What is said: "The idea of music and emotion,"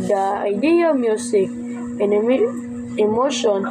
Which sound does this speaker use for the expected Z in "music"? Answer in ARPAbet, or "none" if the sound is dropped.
S